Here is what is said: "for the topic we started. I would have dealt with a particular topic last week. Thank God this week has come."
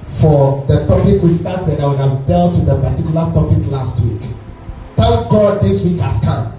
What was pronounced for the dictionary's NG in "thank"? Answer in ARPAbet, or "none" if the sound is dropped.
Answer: none